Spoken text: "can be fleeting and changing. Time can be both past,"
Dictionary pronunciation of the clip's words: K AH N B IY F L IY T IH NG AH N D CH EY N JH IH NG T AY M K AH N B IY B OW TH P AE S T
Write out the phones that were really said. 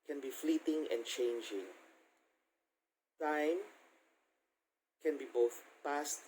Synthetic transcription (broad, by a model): K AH N B IY F L IY T IH NG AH N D CH EY N JH IH NG T AY M K AH N B IY B OW TH P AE S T